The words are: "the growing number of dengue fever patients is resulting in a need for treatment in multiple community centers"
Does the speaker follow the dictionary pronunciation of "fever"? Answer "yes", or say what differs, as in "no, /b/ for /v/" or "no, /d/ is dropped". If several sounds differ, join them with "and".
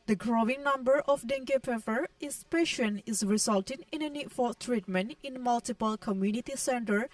no, /p/ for /f/